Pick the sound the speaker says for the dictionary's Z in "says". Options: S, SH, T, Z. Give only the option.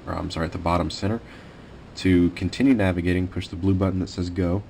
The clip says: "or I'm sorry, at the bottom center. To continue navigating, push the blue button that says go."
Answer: Z